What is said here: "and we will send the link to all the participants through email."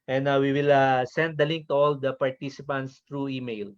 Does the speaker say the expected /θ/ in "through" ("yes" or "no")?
no